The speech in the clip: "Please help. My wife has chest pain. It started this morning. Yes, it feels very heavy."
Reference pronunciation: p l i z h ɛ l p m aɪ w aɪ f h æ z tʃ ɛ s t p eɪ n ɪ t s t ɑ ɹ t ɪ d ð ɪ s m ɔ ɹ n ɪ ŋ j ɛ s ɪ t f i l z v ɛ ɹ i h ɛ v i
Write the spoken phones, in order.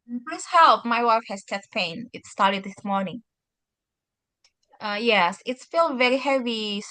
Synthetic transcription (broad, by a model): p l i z h ɛ l p m aɪ w aɪ f h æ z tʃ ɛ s p eɪ n ɪ t s t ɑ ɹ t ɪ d ð ɪ s m ɔ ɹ n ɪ ŋ j ɛ s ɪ t f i l v ɛ ɹ i h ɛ v i